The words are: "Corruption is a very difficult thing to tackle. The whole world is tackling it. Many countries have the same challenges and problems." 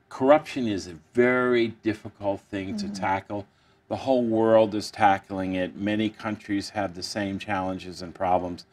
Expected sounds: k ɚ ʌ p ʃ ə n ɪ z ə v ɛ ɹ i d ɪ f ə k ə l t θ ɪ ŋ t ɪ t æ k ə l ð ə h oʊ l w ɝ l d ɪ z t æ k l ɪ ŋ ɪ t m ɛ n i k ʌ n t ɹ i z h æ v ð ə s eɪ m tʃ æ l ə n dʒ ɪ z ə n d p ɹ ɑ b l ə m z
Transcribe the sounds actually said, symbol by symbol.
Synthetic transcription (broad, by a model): k ɚ ʌ p ʃ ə n ɪ z ə v ɛ ɹ i d ɪ f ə k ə l t θ ɪ ŋ t ɪ t æ k l ð ə h oʊ l w ɝ l d ɪ z t æ k l ɪ ŋ ɪ t m ɛ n i k ʌ n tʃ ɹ i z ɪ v ð ə s eɪ m tʃ æ l ə n dʒ ɪ z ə n p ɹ ɑ b l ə m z